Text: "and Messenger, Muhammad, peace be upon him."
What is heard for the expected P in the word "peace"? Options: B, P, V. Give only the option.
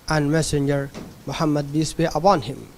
B